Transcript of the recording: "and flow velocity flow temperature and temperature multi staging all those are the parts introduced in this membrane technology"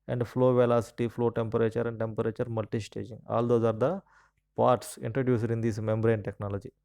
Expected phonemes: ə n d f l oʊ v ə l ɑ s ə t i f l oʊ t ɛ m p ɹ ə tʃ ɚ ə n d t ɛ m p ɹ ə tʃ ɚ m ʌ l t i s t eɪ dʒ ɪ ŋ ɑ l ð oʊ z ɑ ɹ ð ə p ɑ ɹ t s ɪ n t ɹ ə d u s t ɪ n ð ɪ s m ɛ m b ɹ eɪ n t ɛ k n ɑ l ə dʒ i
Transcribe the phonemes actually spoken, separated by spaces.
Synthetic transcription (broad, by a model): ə n d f l oʊ v ə l ɑ s ə t i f l oʊ t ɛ m p ɹ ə tʃ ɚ ə n d t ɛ m p ɹ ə tʃ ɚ m ʌ l t i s t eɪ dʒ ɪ ŋ ɑ l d oʊ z ɑ ɹ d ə p ɑ ɹ t s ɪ n t ɹ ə d u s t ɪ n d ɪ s m ɛ m b ɹ eɪ n t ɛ k n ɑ l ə dʒ i